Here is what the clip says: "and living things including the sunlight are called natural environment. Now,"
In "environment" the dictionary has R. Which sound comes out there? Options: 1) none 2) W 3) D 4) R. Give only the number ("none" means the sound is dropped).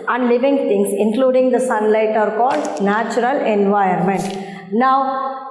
1